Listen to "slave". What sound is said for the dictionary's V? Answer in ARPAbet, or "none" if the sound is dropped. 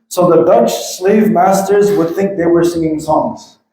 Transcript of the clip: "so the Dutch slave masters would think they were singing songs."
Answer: V